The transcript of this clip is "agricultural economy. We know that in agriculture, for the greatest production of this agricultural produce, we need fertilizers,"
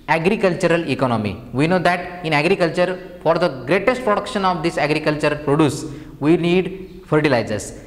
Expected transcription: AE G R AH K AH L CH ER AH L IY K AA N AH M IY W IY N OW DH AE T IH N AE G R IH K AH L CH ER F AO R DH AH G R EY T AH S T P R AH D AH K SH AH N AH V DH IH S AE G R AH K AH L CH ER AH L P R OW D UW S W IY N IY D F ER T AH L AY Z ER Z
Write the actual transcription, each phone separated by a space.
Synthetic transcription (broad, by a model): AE G R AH K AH L CH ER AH L IY K AA N AH M IY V IY N OW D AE T IH N AE G R IH K AH L CH ER F AO R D AH G R EY T AH S T P R AH D AH K SH AH N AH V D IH S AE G R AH K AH L CH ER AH L P R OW D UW S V IY N IY D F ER T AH L AY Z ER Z